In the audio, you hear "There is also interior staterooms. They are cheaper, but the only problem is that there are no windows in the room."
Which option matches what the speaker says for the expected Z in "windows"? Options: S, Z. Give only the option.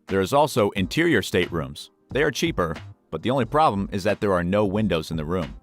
Z